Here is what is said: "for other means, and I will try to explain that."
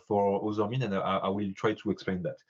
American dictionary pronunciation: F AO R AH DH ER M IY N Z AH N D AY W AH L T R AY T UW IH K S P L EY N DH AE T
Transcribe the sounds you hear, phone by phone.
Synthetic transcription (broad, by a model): F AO R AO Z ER M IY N AH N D AY W AH L T R AY T UW IH K S P L EY N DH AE T